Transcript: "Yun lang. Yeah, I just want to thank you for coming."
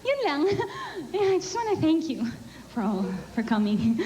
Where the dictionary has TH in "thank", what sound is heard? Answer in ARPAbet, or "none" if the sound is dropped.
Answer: TH